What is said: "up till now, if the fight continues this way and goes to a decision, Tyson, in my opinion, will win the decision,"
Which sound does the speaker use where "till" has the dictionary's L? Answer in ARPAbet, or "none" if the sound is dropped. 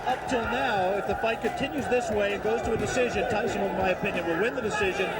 L